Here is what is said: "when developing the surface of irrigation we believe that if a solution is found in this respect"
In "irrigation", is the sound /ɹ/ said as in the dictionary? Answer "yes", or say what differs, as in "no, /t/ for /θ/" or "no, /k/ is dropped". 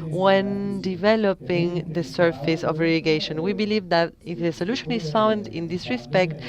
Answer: no, /l/ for /ɹ/